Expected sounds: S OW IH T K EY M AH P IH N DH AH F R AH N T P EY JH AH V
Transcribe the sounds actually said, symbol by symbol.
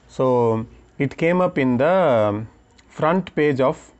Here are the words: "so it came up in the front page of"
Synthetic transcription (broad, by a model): S OW IH T K EY M AH P IH N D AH F R AH N T P EY JH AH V